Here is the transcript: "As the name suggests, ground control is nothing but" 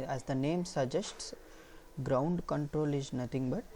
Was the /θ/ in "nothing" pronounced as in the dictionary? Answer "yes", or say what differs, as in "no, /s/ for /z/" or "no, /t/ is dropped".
no, /t/ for /θ/